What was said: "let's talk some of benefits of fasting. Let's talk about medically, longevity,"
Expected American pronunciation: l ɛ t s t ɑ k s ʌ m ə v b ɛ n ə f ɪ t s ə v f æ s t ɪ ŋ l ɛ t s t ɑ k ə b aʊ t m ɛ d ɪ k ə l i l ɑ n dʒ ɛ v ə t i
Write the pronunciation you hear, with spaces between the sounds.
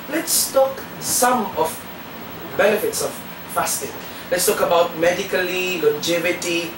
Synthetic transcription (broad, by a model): l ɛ t s t ɑ k s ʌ m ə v b ɛ n ə f ɪ t s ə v f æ s t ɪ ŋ l ɛ t s t ɑ k ə b aʊ t m ɛ d ɪ k ə l i l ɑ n dʒ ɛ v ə t i